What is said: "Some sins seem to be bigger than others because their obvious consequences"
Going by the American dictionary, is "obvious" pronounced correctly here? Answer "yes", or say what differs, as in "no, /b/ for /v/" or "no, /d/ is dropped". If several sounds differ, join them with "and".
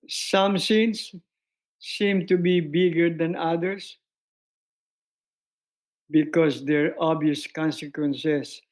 no, /v/ is dropped